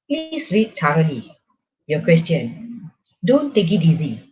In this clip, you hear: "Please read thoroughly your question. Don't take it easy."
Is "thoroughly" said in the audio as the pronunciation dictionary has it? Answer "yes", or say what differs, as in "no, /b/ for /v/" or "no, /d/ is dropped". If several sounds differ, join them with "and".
no, /t/ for /θ/